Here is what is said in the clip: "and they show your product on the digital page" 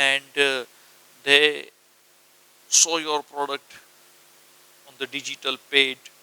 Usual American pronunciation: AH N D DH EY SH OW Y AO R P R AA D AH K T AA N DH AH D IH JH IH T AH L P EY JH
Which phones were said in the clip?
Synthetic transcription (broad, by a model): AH N D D EY S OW Y AO R P R AA D AH K T AA N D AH D IH JH IH T AH L P EY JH